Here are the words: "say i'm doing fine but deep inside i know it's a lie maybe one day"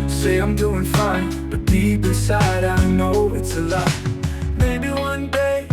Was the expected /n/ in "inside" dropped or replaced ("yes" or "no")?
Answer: yes